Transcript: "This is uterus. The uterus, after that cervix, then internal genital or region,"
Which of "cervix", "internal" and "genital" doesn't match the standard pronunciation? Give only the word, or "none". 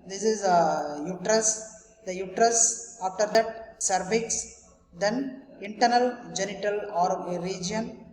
cervix